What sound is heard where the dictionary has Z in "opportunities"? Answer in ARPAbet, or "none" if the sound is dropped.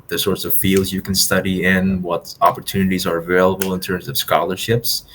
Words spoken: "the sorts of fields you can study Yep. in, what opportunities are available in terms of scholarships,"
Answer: Z